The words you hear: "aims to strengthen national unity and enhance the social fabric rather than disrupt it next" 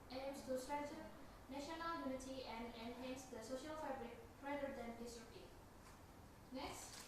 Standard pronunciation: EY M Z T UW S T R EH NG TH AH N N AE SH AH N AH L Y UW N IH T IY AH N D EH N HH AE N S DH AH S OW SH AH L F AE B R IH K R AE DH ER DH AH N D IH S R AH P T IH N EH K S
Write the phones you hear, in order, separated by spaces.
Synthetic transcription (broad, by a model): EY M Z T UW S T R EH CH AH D N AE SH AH N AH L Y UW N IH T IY AH N D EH N HH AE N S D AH S OW SH AH L F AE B R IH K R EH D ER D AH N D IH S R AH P IH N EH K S